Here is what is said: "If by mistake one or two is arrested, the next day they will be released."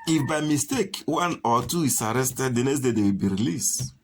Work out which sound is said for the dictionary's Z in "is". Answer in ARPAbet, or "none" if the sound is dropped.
S